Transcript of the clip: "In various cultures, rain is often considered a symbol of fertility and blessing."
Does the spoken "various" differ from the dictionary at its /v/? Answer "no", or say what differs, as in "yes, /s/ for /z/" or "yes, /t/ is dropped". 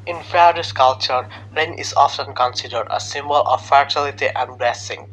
yes, /f/ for /v/